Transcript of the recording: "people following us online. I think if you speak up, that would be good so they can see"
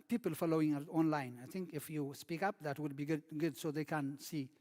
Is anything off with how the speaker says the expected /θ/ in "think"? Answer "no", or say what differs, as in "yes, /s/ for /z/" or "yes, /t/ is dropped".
yes, /t/ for /θ/